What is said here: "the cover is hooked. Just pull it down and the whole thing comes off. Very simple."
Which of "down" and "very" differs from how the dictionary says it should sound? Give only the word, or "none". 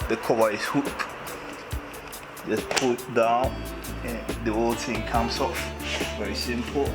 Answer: none